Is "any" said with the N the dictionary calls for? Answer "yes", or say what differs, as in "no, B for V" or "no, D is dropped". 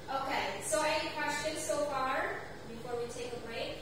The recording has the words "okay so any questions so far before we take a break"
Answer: no, N is dropped